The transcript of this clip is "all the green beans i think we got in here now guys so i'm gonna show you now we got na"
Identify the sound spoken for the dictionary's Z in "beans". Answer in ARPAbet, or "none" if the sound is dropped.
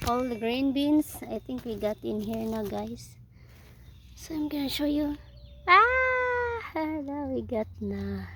S